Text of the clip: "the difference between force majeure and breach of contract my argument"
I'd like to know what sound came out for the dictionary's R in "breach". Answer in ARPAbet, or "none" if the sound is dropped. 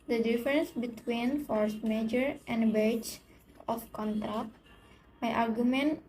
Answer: none